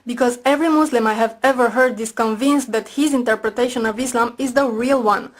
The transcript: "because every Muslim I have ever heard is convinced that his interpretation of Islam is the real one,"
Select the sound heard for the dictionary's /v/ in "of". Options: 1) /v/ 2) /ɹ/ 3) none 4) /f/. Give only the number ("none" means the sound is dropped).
1